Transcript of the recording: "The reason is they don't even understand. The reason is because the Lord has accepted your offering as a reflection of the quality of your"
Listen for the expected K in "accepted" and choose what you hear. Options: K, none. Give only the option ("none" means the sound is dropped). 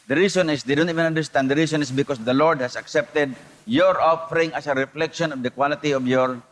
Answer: K